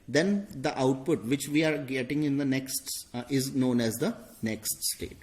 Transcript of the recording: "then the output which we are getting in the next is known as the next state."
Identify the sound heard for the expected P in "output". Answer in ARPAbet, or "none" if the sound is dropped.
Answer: P